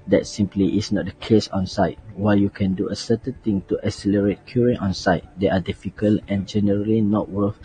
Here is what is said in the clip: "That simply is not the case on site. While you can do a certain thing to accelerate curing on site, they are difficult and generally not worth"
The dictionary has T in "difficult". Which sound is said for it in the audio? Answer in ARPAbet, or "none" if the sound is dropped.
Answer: none